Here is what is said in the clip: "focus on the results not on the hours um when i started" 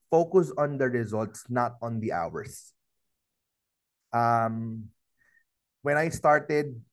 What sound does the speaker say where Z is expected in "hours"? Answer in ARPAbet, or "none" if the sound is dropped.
S